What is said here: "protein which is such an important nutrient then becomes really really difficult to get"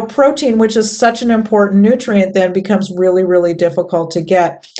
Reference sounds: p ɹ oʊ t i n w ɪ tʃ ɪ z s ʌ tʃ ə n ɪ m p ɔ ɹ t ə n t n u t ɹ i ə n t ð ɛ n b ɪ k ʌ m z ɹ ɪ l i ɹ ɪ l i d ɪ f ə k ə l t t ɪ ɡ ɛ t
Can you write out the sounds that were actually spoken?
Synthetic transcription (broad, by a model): p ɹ oʊ t i n w ɪ tʃ ɪ z s ʌ tʃ ə n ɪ m p ɔ ɹ t n n u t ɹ i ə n ð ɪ n b ɪ k ʌ m z ɹ ɪ l i ɹ ɪ l i d ɪ f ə k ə l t t ɪ ɡ ɛ t